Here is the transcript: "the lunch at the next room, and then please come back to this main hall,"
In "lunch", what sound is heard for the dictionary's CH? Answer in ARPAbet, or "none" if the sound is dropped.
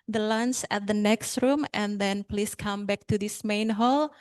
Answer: S